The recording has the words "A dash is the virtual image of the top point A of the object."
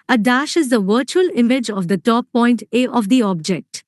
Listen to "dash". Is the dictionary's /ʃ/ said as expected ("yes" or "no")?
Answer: yes